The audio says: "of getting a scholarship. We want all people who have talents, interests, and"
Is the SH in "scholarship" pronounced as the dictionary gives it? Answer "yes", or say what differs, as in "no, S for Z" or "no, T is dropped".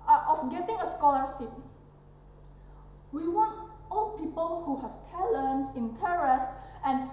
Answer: no, S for SH